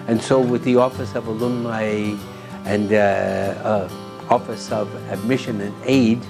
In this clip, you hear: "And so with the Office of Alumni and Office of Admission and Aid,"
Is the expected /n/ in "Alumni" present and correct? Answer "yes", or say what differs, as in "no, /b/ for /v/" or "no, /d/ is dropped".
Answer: no, /n/ is dropped